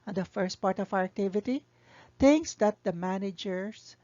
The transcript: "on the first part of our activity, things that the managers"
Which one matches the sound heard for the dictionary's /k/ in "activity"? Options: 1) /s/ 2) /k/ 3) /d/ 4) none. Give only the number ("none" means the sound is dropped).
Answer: 2